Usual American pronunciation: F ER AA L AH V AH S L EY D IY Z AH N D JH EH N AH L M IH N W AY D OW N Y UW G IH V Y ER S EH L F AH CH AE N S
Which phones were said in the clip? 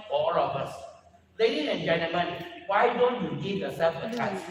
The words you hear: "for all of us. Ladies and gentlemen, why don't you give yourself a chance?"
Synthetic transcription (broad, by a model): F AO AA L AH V AH S L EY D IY AH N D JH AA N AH M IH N W AY D OW N Y UW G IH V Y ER S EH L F AH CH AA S